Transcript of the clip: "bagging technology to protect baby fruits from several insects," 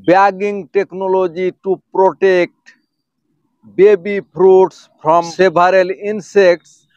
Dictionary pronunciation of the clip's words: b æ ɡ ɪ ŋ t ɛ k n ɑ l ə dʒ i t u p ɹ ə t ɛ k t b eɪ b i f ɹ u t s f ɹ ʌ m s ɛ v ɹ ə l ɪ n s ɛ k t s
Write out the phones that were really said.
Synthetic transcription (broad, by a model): b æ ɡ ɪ ŋ t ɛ k n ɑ l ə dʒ i t u p ɹ ə t ɛ k t b eɪ b i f ɹ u t s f ɹ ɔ m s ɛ b ɹ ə l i n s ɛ k t s